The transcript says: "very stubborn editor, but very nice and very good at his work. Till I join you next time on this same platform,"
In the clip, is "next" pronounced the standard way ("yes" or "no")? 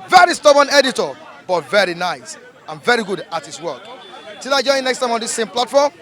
yes